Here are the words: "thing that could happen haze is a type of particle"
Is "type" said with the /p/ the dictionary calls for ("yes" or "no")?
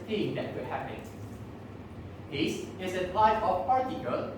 no